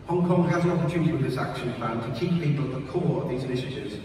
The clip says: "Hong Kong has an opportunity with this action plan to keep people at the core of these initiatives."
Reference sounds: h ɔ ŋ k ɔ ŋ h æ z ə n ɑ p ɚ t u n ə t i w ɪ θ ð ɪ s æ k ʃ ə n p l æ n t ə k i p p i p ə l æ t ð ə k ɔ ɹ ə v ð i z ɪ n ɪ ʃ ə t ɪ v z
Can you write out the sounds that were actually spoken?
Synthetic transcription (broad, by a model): h ɔ ŋ k ɔ ŋ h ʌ z ə n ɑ p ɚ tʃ u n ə t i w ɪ ð ɪ s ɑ k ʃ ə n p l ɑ n t ə k i p p i p ə l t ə k ɔ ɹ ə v ð i z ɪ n ɪ ʃ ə t ɪ v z